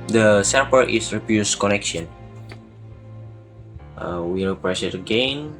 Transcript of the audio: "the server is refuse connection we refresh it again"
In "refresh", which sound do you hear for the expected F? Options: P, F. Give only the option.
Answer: P